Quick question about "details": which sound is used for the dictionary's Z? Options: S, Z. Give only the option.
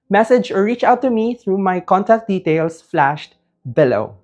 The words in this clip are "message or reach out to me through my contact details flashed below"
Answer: S